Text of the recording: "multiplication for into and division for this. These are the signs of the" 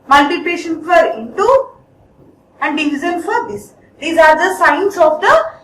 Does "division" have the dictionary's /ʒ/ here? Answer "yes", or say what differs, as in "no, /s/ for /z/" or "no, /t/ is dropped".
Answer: no, /z/ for /ʒ/